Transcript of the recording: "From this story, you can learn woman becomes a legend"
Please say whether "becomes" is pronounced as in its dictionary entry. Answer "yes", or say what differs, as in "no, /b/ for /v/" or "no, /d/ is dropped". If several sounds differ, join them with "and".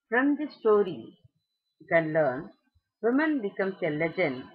no, /s/ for /z/